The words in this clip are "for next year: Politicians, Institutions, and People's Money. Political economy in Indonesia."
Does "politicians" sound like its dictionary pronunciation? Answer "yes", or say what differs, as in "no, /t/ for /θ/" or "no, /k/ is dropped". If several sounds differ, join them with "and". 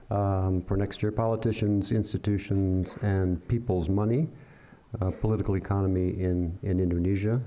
yes